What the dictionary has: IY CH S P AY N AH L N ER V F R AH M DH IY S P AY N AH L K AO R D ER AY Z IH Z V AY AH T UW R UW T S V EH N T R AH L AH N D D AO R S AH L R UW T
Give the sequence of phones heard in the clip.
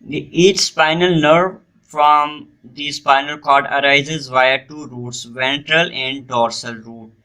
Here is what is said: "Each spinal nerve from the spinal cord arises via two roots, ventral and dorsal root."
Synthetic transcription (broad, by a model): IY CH S P AY N AH L N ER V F R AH M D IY S P AY N AH L K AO R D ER AY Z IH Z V AY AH T UW R UW T S V EH N T R AH L AH N D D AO R S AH L R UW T